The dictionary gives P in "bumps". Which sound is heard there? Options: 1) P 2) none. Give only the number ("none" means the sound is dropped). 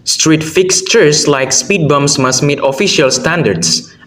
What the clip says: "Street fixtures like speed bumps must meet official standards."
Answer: 2